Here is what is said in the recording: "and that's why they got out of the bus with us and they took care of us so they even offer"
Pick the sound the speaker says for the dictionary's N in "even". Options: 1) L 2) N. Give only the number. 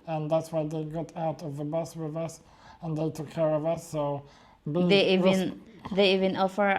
2